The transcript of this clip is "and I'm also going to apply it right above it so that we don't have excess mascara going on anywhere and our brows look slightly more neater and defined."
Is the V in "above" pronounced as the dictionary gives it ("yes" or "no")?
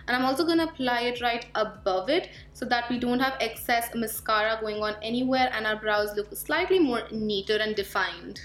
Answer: yes